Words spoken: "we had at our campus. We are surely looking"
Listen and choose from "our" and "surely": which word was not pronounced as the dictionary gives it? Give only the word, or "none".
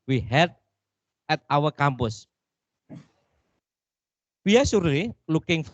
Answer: surely